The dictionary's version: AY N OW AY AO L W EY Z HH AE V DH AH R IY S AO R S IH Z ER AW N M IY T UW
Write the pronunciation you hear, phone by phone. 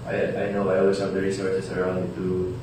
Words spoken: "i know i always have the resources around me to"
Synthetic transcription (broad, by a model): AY N OW AY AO L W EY S HH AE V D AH R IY S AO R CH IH S ER AW N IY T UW